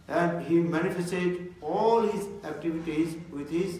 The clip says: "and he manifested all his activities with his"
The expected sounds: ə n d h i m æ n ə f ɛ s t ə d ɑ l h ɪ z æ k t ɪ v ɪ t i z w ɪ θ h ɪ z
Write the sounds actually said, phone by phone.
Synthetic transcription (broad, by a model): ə n d h i m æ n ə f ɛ s t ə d ɑ l h ɪ z æ k t ɪ v ɪ t i z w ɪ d h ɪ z